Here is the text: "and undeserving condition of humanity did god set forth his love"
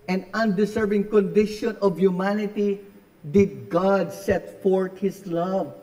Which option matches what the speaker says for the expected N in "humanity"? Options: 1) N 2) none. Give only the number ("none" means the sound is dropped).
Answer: 1